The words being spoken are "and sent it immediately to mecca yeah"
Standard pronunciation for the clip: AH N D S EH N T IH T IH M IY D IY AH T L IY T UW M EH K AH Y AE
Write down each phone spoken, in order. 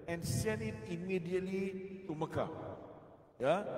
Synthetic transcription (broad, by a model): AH N S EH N IH T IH M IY D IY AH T L IY T UW M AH K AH Y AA